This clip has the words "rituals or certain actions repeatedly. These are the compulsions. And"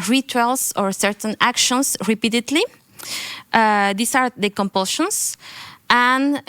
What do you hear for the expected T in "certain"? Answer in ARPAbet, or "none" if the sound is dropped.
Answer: T